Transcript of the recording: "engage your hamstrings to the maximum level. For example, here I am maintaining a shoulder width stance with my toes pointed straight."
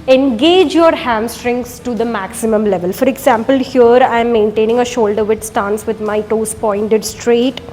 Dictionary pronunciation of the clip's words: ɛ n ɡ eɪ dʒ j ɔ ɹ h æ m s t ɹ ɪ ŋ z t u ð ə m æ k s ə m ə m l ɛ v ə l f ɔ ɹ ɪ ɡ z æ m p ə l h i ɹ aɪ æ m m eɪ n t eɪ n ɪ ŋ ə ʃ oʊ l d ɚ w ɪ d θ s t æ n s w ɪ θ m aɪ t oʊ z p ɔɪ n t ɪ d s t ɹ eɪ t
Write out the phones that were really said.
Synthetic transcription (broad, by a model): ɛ n ɡ eɪ dʒ j ɔ ɹ h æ m s t ɹ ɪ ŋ s t u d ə m æ k s ə m ə m l ɛ v ə l f ɔ ɹ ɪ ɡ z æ m p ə l h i ɹ aɪ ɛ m m eɪ n t eɪ n ɪ ŋ ə ʃ oʊ l d ɚ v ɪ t s t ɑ n s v ɪ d m aɪ t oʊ s p ɔɪ n t ɪ d s t ɹ eɪ t